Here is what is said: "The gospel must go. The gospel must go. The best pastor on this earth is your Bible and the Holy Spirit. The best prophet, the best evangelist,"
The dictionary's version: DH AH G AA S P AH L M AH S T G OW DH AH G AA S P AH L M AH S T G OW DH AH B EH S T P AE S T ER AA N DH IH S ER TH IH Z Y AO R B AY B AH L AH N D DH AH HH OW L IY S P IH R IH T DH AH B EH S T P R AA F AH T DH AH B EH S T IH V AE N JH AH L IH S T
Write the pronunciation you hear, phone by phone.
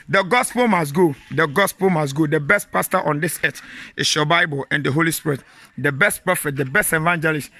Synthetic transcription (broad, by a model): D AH G AA S P AH L M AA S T G OW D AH G AA S P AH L M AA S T G OW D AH B EH S T P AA S T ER AA N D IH S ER T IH S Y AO B AY B AH L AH N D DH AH HH OW L IY S P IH R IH T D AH B EH S T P AA F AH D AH B EH S T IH V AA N JH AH L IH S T